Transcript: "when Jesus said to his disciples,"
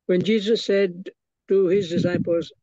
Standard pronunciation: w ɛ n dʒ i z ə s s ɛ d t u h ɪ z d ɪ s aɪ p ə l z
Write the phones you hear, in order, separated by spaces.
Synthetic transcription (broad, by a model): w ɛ n dʒ i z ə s s ɛ d t u h ɪ z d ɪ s aɪ p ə l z